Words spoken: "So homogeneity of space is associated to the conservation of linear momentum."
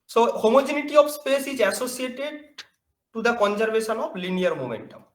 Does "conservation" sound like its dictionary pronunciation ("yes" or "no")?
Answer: no